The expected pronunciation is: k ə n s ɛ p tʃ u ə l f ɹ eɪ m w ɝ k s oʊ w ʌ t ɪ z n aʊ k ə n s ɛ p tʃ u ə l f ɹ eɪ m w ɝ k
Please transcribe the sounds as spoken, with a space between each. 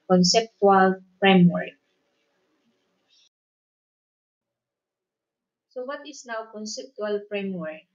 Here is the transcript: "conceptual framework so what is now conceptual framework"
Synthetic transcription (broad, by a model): k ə n s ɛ p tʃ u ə l f ɹ eɪ m w ɝ k s oʊ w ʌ t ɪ s n aʊ k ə n s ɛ p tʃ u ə l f ɹ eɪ m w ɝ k